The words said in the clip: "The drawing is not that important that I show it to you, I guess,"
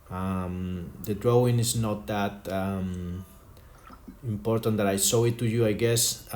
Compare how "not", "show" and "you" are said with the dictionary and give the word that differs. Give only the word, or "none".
show